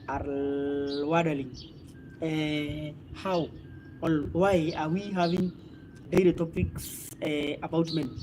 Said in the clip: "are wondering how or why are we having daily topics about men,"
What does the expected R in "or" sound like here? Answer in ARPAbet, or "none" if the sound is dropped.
L